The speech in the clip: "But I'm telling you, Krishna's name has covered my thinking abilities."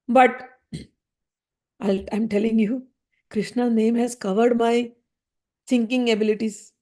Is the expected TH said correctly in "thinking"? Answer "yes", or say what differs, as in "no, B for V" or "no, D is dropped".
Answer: no, S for TH